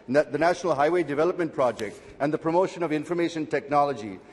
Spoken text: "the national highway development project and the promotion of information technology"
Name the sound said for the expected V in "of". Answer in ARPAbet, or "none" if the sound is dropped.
V